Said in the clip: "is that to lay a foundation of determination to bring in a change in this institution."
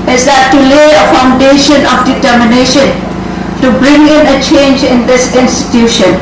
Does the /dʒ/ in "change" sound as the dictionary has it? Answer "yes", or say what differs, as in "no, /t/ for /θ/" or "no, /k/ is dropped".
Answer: yes